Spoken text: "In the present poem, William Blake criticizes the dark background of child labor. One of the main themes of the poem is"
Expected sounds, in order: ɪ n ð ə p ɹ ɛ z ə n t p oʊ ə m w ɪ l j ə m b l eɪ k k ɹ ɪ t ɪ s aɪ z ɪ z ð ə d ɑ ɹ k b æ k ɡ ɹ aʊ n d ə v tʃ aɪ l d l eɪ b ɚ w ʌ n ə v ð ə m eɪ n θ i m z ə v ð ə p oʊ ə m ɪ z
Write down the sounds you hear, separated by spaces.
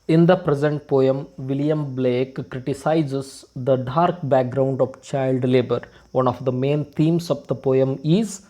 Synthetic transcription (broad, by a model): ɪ n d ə p ɹ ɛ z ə n t p oʊ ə m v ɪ l j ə m b l eɪ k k ɹ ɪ t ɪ s aɪ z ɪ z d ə d ɑ ɹ k b æ k ɡ ɹ aʊ n d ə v tʃ aɪ l d l eɪ b ɚ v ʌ n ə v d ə m eɪ n t i m s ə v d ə p oʊ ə m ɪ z